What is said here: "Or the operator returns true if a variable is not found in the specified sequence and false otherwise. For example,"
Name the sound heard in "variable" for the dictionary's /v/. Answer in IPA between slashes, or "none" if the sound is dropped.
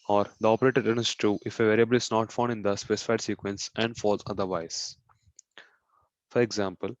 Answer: /v/